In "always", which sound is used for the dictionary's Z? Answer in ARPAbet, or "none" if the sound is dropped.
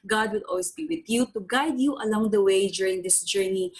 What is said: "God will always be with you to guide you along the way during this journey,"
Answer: S